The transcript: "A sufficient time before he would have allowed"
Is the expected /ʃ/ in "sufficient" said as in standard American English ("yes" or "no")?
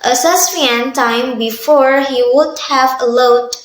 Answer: no